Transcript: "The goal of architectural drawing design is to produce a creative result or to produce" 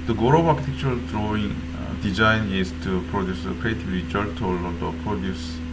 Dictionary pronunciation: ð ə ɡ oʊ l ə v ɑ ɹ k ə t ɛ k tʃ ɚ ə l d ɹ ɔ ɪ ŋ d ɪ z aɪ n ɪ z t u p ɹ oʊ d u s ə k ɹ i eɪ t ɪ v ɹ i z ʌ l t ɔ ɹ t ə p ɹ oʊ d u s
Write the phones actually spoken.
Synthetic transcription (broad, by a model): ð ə ɡ oʊ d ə b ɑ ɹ k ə t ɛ k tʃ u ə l d ɹ ɔ ɪ ŋ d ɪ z aɪ n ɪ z t u p ɹ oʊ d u s ə k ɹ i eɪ t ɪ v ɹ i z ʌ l t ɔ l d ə p ɹ oʊ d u s